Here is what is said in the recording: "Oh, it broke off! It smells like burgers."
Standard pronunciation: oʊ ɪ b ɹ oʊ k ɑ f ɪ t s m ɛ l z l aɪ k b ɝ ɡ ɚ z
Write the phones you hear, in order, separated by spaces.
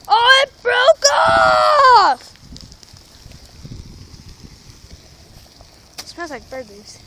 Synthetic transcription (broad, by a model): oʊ ɪ b ɹ oʊ k ɑ f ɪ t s ɑ n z l aɪ k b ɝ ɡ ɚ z